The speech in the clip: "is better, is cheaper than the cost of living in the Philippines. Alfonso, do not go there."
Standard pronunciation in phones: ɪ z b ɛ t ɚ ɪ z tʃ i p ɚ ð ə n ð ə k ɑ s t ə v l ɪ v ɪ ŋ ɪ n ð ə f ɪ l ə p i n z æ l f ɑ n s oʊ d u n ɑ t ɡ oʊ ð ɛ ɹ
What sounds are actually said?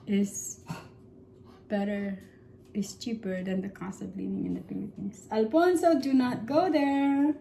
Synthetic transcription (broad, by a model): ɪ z b ɛ t ɚ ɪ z tʃ i p ɚ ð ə n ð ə k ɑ s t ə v l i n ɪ ŋ ɪ n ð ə p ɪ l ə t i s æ l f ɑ n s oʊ d u n ɑ t ɡ oʊ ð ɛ ɹ